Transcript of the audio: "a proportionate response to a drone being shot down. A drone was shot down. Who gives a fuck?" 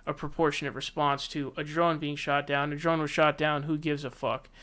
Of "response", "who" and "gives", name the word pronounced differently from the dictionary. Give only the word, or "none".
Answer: none